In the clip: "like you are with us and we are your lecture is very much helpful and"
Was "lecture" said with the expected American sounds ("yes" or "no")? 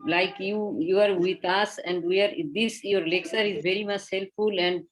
no